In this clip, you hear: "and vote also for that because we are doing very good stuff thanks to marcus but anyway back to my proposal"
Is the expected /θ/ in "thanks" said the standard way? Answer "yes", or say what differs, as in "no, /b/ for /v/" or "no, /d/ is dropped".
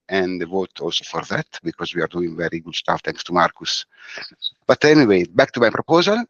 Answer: no, /t/ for /θ/